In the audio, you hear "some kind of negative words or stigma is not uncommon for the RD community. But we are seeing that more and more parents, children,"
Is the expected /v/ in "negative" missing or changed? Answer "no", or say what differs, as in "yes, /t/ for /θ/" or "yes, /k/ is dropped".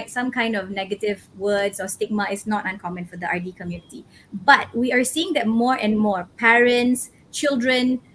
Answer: no